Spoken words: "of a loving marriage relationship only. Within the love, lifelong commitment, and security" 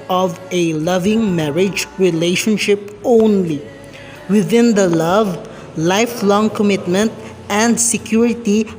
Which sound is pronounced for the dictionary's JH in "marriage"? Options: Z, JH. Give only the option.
JH